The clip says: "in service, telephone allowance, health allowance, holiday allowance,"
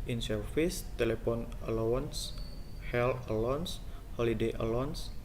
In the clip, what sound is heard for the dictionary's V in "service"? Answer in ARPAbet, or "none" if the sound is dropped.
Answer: F